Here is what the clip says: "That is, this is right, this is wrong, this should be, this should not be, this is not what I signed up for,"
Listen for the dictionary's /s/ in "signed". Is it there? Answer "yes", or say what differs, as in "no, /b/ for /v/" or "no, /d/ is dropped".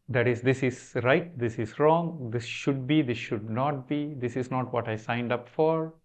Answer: yes